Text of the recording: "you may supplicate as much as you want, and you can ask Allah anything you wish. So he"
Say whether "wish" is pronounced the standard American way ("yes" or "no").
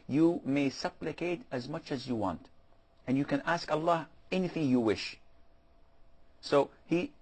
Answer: yes